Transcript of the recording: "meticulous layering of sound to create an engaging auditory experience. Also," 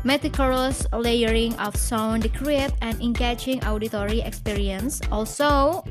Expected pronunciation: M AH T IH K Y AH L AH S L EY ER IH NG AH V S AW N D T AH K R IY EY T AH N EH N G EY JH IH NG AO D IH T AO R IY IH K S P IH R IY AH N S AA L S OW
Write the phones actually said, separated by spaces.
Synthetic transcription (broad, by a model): M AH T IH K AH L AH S L EY ER IH NG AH F S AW N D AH K R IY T AH N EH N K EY CH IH NG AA D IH T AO R IY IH K S P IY R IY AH N S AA L S OW